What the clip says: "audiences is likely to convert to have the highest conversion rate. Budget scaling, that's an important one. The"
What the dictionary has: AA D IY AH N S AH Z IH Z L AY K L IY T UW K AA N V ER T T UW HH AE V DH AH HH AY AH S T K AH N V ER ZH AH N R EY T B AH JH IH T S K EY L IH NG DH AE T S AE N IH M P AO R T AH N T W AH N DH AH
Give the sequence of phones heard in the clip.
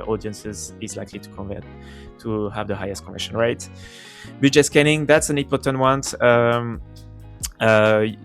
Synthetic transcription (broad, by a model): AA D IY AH N S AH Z IH Z L AY K L IY T UW K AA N V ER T T UW HH AE V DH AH HH AY AH S T K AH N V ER SH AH N R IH T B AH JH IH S K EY N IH NG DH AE T S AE N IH M P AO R T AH N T W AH N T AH